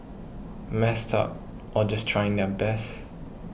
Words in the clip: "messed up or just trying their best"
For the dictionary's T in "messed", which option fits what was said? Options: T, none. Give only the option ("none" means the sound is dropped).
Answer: T